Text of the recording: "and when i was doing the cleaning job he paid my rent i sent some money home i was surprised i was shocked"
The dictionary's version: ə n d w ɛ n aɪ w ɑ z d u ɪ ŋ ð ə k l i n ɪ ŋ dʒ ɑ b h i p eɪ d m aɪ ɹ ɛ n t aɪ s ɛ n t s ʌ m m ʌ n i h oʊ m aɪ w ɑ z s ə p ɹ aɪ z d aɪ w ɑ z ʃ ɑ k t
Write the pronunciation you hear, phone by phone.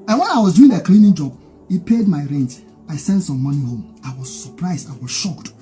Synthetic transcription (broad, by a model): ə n w ɛ n aɪ w ɑ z d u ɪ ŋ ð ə k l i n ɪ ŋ dʒ ɑ b h i p eɪ d m aɪ ɹ ɛ n t aɪ s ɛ n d s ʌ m m ʌ n i h oʊ m aɪ w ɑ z s ə p ɹ aɪ z d aɪ w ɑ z ʃ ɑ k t